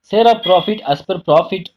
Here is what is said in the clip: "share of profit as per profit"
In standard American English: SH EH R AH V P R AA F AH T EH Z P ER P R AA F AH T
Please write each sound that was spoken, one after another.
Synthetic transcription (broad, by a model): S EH R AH P R AA F AH T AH S P ER P R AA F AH T